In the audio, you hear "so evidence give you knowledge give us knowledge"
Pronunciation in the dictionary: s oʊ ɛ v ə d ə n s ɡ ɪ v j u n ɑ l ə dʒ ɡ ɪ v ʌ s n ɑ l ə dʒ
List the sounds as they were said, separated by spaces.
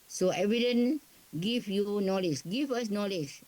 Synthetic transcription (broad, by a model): s oʊ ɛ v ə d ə n ɡ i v j u n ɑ l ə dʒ ɡ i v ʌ s n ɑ l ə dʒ